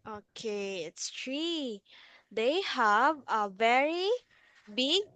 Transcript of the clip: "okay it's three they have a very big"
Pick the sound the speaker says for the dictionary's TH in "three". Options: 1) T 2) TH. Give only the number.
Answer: 1